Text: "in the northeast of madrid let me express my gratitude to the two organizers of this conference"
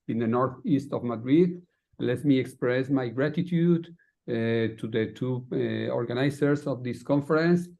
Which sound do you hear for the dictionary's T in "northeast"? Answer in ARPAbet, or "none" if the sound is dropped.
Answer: T